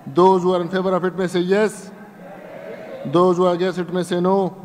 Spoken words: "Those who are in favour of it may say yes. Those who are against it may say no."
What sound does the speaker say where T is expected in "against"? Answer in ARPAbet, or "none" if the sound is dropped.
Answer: none